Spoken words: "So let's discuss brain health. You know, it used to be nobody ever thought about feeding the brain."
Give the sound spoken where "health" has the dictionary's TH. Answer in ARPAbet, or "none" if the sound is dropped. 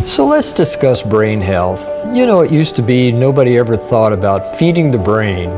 TH